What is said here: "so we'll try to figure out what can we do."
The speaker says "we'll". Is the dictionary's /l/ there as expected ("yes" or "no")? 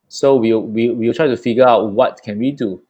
no